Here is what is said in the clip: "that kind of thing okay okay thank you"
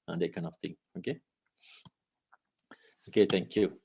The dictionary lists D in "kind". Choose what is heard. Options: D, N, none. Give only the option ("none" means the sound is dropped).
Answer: none